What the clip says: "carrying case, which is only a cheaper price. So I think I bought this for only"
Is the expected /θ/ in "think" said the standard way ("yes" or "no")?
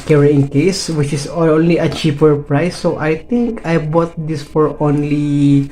no